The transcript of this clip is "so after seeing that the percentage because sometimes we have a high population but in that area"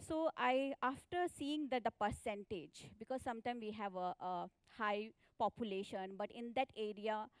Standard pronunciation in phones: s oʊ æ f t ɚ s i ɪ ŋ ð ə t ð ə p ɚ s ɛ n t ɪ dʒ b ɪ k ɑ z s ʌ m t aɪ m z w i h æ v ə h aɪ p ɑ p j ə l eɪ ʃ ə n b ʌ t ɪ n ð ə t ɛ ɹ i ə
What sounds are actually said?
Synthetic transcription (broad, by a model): s oʊ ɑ f t ɚ s i ɪ ŋ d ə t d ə p ɚ s ɛ n t ɪ dʒ b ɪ k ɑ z s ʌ m t aɪ m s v i h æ v ə h aɪ p ɑ p j ə l eɪ ʃ ə n b ʌ t ɪ n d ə t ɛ ɹ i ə